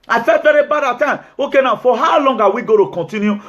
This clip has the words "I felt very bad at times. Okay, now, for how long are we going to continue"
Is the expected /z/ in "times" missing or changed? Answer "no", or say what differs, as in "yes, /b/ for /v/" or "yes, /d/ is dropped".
yes, /z/ is dropped